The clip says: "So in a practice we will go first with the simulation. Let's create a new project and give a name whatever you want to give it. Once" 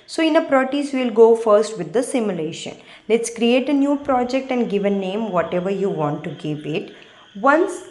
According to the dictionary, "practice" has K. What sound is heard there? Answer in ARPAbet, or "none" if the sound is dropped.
none